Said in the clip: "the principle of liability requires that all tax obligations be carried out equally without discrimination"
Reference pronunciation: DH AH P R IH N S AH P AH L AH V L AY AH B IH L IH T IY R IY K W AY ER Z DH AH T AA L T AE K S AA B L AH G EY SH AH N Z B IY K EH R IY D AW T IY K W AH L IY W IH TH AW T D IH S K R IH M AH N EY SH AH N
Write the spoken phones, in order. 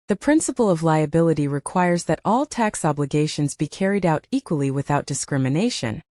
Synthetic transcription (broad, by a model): DH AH P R IH N S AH P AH L AH V L AY AH B IH L IH T IY R IY K W AY ER Z DH AH T AA L T AE K S AA B L AH G EY SH AH N Z B IY K EH R IY D AW T IY K W AH L IY W IH TH AW T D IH S K R IH M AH N EY SH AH N